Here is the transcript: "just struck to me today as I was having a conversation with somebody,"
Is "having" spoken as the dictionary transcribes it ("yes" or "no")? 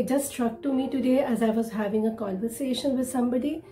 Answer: yes